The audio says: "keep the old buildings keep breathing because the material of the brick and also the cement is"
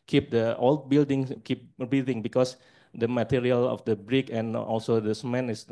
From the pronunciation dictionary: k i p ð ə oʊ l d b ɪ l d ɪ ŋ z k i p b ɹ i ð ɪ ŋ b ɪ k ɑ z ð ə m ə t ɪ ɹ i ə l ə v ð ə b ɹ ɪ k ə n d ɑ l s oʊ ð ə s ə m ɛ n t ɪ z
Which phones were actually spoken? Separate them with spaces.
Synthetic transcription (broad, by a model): k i p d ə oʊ l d b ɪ l d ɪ ŋ k i p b i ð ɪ ŋ b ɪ k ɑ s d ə m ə t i ɹ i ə l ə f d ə b ɹ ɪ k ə n ɑ l s oʊ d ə s m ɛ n ɪ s